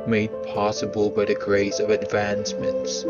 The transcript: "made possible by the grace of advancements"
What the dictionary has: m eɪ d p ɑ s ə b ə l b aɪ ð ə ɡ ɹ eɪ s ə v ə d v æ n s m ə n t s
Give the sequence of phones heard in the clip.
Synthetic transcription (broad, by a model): m eɪ d p ɑ s ə b ə l b aɪ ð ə ɡ ɹ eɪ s ə v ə d v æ n s m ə n t s